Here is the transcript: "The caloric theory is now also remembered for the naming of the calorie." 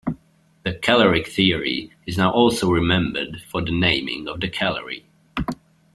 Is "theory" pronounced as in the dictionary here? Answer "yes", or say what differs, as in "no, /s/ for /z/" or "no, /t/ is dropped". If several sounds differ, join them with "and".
yes